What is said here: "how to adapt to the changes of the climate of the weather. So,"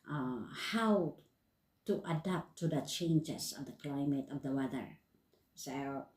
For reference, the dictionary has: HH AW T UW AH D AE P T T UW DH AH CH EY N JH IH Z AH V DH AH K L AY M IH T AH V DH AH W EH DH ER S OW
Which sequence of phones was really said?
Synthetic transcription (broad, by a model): HH AW T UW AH D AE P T T UW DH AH CH EY N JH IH S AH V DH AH K L AY M IH T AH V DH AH W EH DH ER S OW